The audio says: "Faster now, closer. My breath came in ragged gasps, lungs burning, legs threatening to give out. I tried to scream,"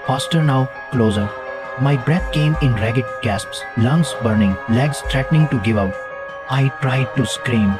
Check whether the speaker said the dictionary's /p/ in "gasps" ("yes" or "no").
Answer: yes